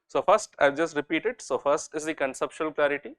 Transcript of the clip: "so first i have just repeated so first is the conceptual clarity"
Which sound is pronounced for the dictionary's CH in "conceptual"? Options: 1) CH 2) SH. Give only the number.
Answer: 2